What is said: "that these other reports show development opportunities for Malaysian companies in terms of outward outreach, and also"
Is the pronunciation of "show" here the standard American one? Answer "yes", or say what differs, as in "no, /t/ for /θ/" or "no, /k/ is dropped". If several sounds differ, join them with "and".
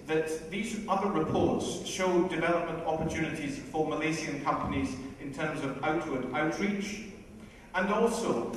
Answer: yes